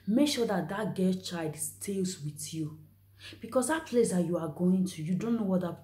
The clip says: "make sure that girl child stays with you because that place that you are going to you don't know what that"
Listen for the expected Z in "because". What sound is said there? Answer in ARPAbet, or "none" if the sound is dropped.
S